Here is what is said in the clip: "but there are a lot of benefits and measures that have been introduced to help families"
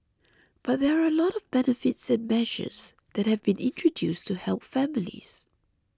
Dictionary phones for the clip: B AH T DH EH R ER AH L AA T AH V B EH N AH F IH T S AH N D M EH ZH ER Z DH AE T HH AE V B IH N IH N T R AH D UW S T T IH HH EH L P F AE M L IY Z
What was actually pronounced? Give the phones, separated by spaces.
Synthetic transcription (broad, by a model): B AH T DH EH R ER AH L AA T AH V B EH N AH F IH T S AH N M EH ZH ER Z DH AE T HH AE V B IH N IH N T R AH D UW S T T IH HH EH L P F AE M L IY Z